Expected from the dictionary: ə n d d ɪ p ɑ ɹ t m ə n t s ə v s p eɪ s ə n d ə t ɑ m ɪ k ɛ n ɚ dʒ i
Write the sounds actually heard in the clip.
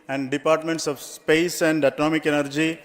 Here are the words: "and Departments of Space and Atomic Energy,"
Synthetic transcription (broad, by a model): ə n d d ɪ p ɑ ɹ t m ə n t s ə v s p eɪ s ə n d ə t ɑ m ɪ k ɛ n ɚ dʒ i